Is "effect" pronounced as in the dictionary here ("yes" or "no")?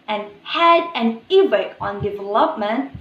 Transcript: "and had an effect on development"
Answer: no